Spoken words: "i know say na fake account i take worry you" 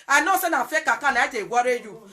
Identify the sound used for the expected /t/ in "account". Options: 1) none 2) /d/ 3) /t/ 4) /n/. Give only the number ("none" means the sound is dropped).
1